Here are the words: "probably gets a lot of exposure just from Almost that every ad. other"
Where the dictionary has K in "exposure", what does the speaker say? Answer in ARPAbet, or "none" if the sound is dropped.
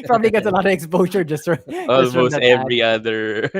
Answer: K